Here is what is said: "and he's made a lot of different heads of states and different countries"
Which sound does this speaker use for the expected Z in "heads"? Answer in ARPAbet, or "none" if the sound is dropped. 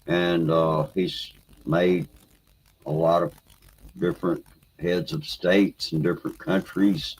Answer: Z